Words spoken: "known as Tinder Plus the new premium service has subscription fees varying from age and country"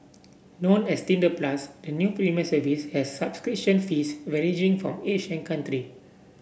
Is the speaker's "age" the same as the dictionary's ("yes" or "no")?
no